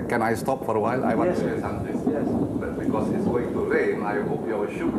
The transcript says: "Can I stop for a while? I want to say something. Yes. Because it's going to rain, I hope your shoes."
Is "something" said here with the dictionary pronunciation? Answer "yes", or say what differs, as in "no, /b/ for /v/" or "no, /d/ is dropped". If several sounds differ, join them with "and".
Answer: no, /t/ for /θ/